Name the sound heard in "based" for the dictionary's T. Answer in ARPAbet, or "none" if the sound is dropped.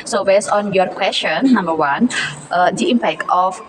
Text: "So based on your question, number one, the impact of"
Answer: none